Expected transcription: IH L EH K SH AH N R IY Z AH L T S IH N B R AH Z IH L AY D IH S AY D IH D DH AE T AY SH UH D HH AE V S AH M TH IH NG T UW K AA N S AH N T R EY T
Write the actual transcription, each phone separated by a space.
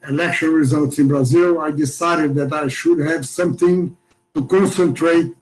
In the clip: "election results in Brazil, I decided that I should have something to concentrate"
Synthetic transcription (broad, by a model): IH L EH K SH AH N R IY Z AH L T S IH N B R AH Z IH L AY D IH S AY D IH D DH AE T AY SH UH D HH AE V S AH M TH IH NG T UW K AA N S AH N T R EY T